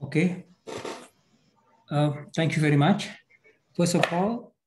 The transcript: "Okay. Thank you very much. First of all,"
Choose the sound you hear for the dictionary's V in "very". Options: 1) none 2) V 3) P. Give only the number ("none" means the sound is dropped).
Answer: 2